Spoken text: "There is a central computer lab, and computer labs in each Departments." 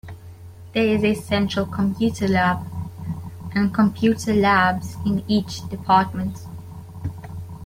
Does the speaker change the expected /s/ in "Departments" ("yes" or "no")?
yes